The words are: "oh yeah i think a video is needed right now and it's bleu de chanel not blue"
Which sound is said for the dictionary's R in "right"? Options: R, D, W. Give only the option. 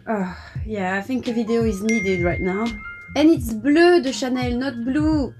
W